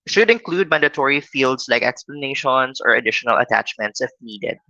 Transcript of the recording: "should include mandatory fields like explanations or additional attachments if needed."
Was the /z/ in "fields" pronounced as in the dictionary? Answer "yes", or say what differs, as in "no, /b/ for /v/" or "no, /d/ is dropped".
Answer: no, /s/ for /z/